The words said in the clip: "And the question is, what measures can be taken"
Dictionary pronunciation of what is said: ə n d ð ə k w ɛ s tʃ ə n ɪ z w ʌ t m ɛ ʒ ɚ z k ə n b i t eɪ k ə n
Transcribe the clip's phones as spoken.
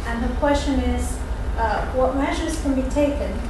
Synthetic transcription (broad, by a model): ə n ð ə k w ɛ s tʃ ə n ɪ z w ʌ t m ɛ ʒ ɚ z k ə n b i t eɪ k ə n